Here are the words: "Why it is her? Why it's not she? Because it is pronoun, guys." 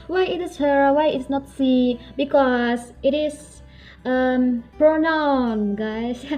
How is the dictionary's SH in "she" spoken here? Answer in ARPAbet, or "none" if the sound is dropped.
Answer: S